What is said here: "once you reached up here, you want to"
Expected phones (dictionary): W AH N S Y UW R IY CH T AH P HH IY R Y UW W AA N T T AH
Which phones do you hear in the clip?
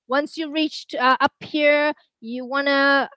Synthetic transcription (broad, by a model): W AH N S Y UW R IY CH T AH P HH IY R Y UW W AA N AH